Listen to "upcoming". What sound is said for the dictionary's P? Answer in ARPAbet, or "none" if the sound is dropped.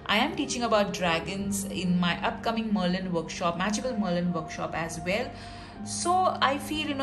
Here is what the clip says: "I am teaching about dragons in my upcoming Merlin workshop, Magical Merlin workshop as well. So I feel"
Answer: P